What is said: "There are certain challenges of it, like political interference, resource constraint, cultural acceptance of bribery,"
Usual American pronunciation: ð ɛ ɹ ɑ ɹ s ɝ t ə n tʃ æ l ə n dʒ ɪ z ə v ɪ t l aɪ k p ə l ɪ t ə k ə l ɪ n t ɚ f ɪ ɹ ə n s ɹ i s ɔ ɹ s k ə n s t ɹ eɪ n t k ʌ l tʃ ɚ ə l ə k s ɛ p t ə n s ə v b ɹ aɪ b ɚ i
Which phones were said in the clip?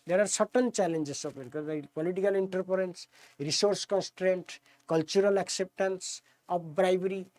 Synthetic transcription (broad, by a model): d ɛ ɹ ɑ ɹ s ɝ t ə n tʃ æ l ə n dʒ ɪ s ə p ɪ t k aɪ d p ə l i t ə k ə l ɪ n t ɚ p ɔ ɹ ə n s ɹ i s ɔ ɹ s k ə n s t ɹ eɪ n t k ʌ l tʃ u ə l ə k s ɛ p t ə n s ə p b ɹ aɪ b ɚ i